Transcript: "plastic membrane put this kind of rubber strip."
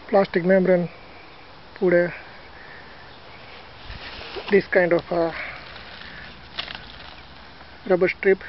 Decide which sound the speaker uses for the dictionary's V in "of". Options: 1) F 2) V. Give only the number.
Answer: 1